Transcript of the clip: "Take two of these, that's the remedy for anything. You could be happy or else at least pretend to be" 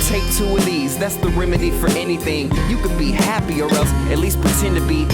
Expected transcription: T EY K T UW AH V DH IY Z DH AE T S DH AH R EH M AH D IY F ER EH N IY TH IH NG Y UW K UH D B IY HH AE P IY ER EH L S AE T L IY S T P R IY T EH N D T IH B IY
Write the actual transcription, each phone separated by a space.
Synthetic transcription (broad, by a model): T EY K T UW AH DH IY Z DH AE T S DH AH R EH M AH D IY F ER EH N IY TH IH NG Y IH K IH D B IY HH AE P IY ER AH S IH T L IY S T P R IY T EH N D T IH B IY